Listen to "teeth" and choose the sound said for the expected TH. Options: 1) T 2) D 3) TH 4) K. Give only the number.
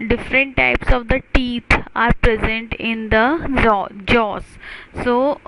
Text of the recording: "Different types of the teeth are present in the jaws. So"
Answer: 1